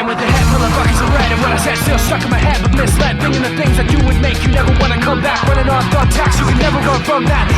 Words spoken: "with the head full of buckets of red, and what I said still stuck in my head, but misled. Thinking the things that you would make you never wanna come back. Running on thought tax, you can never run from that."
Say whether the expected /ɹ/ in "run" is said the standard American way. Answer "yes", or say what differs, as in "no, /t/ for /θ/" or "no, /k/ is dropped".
no, /w/ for /ɹ/